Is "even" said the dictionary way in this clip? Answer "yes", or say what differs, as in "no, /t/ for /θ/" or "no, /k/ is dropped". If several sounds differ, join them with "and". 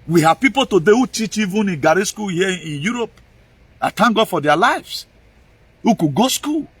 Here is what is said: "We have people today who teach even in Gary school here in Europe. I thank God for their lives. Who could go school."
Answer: yes